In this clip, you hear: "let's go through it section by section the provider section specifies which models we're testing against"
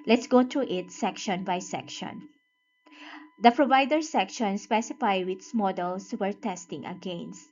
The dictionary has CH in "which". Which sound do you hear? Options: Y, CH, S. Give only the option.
S